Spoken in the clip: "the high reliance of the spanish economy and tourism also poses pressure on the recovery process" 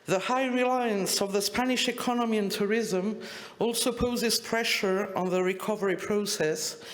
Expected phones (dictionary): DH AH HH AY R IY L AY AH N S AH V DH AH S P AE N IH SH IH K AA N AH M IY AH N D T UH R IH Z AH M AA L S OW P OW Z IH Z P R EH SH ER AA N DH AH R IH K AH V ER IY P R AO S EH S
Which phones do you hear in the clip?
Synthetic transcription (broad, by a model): DH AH HH AY R IY L AY AH N S AH V DH AH S P AE N IH SH IH K AA N AH M IY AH N T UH R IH Z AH M AA L S OW P OW Z IH Z P R EH SH ER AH N DH AH R IH K AH V ER IY P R AO S EH S